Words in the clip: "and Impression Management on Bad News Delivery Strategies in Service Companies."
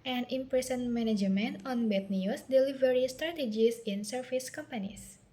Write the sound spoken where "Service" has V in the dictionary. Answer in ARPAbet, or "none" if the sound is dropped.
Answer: F